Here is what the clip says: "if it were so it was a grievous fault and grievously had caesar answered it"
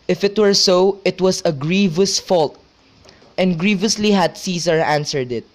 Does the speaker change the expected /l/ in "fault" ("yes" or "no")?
no